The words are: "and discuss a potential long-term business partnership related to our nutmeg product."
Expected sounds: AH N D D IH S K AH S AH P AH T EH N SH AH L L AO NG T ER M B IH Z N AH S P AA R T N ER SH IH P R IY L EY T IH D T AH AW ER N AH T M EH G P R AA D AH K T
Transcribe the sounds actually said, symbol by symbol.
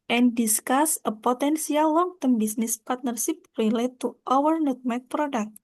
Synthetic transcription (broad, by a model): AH N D D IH S K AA S AH P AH T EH N S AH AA L AO NG T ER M B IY S N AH S P AA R T N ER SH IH P R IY L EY T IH T AW ER N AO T M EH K P R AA D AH K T